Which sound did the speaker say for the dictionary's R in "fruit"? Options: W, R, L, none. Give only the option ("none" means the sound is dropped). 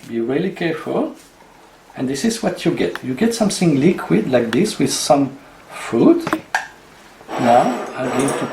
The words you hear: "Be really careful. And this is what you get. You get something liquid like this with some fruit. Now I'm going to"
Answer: none